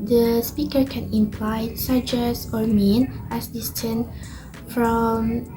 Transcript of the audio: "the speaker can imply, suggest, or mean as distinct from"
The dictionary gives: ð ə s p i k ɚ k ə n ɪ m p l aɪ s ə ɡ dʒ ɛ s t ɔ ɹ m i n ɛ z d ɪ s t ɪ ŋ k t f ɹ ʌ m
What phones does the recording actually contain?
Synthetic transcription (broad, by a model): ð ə s p i k ɚ k ə n ɪ m p l aɪ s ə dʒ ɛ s ɔ ɹ m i n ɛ s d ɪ s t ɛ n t f ɹ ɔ m